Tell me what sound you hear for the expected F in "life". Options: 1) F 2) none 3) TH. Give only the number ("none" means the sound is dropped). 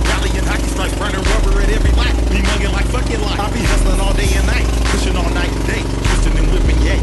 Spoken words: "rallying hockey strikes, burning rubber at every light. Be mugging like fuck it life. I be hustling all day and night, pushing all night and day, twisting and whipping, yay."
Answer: 2